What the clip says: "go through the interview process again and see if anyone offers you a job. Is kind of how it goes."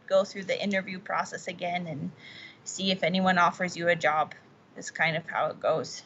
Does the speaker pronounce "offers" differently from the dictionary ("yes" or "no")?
no